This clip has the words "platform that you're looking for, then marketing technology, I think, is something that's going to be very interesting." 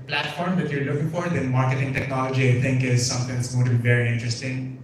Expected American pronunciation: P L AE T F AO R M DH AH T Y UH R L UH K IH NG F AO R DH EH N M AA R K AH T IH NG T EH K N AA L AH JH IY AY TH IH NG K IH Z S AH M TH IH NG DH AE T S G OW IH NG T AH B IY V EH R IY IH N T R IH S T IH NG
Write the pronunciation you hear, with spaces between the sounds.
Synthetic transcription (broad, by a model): P L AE T F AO R M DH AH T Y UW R L UH K IH NG F AO R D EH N M AA R K AH T IH NG T EH K N AA L AH JH IY AY T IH NG K IH Z S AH M T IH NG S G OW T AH B IY V EH R IY IH N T R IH S T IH NG